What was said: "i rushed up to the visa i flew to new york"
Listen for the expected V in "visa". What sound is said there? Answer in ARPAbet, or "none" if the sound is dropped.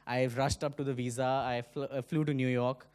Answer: V